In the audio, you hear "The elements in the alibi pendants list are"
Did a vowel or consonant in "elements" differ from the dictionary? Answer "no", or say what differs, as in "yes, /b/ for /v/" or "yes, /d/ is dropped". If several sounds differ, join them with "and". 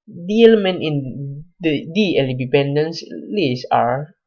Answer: yes, /s/ is dropped